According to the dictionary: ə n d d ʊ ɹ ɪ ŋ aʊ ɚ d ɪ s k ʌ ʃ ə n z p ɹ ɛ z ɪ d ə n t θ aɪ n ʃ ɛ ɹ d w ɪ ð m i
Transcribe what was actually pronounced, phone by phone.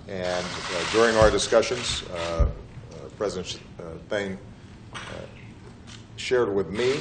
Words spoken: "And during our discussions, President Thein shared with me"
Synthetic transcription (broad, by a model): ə n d d ʊ ɹ ɪ ŋ aʊ ɚ d ɪ s k ʌ ʃ ə n z p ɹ ɛ z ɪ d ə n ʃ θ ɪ n ʃ ɛ ɹ d w ɪ ð m i